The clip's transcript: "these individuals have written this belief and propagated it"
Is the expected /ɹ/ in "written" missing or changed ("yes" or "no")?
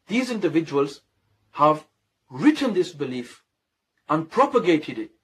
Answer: no